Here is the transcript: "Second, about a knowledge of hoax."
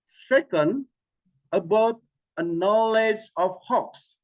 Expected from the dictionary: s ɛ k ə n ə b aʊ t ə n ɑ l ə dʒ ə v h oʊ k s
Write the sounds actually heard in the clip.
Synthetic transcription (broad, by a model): s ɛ k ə n ə b aʊ t ə n ɑ l ə dʒ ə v h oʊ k s